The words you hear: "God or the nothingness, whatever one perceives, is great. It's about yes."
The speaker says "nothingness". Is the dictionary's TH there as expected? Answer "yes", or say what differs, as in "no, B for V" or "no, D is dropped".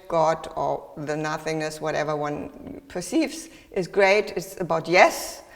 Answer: yes